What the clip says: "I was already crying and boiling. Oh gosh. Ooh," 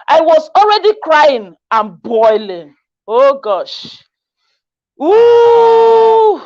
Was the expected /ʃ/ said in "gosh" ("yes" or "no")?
yes